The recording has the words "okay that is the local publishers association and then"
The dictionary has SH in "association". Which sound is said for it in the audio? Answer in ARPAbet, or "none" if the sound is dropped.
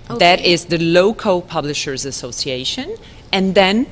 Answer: SH